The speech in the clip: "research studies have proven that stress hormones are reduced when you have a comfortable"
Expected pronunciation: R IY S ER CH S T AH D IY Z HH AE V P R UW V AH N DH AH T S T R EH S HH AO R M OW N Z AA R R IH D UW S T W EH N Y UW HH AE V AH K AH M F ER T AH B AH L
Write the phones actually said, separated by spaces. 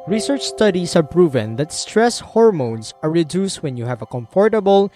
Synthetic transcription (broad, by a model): R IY S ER CH S T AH D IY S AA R P R UW V AH N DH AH T S T R EH S HH AO R M OW N S AA R R IH D UW S T W EH N Y UW HH AE V AH K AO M F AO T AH B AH L